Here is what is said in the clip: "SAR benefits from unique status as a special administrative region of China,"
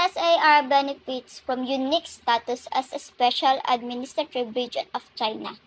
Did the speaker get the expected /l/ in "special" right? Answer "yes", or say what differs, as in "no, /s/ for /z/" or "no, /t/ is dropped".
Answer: yes